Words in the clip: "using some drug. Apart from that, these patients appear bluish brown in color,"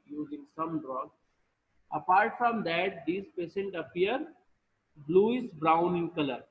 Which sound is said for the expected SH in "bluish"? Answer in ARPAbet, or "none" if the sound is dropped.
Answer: S